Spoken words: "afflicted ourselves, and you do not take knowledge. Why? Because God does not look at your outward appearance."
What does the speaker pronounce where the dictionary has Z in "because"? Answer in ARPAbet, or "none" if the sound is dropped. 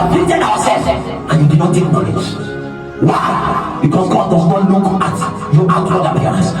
S